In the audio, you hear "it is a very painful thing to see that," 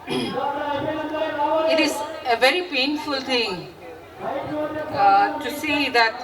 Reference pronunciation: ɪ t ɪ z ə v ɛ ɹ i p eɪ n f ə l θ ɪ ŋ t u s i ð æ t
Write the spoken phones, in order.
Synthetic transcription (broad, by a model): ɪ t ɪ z ə v ɛ ɹ i p eɪ n f ə l t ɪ ŋ t u s i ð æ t